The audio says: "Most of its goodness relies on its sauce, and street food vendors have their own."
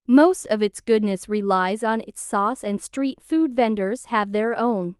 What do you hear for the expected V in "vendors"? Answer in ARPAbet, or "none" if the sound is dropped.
V